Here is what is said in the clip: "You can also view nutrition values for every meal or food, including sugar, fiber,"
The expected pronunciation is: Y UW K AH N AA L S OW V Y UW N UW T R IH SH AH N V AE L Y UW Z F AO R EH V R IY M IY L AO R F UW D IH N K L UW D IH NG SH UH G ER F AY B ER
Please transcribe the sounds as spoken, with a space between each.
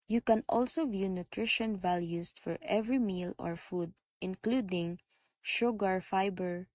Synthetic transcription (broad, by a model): Y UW K AH N AA L S OW V Y UW N UW T R IH SH AH N V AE L Y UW S F AO R EH V R IY M IY L AO R F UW D IH N K L UW D IH NG SH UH G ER F AY B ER